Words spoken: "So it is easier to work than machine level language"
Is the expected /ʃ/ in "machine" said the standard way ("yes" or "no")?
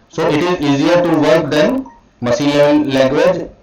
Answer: no